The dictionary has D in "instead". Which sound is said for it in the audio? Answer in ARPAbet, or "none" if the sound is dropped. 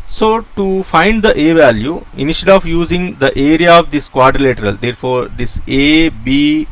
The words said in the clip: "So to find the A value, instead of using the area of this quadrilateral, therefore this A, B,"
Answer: none